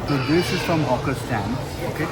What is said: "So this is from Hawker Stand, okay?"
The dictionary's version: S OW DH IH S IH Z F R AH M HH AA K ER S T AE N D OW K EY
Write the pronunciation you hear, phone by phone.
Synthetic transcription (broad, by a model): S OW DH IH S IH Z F R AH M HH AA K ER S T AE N OW K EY